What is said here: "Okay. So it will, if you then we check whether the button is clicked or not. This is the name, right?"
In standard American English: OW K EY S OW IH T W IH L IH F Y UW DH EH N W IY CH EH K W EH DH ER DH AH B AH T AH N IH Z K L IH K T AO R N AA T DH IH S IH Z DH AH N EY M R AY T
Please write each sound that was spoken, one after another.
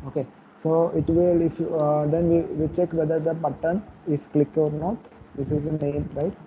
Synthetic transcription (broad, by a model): OW K EY S OW IH T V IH L IH F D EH N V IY CH EH K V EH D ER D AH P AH T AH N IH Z K L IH K AO R N AA T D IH S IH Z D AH N EY M R AY T